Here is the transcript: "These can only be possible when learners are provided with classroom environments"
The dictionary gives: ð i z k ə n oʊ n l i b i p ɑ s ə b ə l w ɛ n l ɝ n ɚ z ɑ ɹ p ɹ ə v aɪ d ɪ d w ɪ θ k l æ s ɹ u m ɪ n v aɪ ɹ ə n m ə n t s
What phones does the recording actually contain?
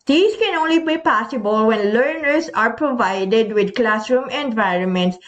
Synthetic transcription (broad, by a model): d i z k ə n oʊ n l i b i p ɑ s ə b ə l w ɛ n l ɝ n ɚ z ɑ ɹ p ɹ ə v aɪ d ɪ d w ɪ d k l æ s ɹ u m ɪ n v aɪ ɹ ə n m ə n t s